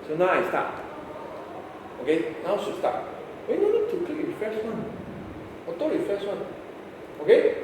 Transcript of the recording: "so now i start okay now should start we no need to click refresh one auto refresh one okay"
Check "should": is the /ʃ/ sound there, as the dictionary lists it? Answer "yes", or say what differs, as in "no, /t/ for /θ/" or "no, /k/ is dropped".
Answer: no, /s/ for /ʃ/